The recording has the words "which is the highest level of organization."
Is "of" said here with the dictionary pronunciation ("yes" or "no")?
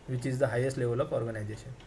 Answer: no